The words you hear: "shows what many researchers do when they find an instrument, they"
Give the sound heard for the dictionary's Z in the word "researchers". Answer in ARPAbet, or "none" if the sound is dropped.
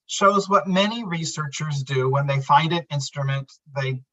Z